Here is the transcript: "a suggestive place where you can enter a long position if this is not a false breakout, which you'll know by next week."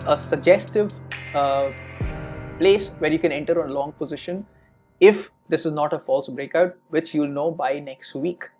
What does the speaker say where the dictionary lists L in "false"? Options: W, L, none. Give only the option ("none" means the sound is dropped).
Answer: L